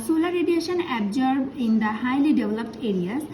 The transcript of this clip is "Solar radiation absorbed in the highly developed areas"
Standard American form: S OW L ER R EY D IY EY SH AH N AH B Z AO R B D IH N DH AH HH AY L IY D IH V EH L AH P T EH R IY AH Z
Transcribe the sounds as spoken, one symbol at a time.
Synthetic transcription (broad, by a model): S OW L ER R EY D IY EY SH AH N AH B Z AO R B IH N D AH HH AY L IY D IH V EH L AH P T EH R IY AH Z